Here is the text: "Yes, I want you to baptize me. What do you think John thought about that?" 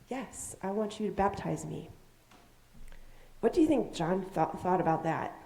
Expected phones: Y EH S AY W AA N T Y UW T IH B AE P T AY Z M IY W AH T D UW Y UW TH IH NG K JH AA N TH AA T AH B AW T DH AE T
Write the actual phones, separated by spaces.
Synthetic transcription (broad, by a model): Y EH S AY W AA N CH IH T IH B AE P T AY Z M IY W AH T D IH Y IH TH IH NG K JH AA N TH AA T AH B AW T DH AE T